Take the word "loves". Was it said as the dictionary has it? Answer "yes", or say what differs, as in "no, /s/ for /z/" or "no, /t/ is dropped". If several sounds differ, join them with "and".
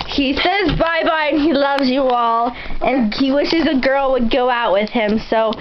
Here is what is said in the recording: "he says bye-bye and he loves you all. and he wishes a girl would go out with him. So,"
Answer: yes